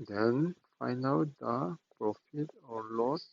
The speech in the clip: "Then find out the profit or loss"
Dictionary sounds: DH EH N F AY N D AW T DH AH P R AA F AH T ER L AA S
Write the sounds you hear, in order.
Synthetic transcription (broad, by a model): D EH N F AY N AW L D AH P R AA F AH T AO L AA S